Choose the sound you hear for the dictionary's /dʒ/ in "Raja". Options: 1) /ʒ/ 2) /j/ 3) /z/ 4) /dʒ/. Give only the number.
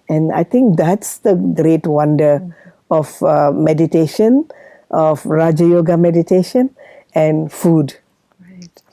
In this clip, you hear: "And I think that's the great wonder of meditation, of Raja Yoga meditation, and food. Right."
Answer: 4